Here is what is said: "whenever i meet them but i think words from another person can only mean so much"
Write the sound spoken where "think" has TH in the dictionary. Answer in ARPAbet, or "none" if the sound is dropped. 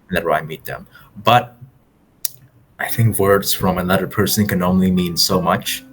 TH